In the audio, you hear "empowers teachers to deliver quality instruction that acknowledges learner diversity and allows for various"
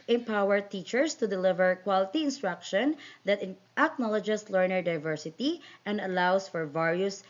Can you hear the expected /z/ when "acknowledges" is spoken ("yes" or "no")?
no